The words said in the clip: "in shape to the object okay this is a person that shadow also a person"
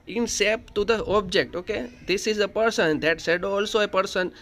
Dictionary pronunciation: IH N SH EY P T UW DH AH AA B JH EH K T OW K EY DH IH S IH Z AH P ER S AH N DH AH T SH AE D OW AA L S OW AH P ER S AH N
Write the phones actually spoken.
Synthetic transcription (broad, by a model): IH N S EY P T UW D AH AA B JH EH K T OW K EY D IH S IH Z AH P ER S AH N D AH T S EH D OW AA L S OW AH P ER S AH N